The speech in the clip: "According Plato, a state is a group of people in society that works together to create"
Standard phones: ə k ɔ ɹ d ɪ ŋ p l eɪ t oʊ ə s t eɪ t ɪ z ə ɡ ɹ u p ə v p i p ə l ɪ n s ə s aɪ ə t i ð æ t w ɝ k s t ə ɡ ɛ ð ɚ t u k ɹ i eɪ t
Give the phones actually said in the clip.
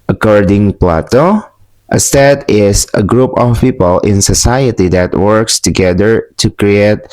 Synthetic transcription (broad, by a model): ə k ɔ ɹ d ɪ ŋ p l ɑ t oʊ ə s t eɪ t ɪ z ə ɡ ɹ u p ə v p i p ə l ɪ n s ə s aɪ ə t i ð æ t w ɝ k s t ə ɡ ɛ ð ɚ t u k ɹ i eɪ t